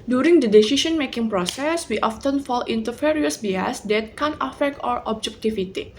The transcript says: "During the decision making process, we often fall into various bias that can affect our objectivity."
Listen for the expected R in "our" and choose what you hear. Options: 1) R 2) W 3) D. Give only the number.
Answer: 1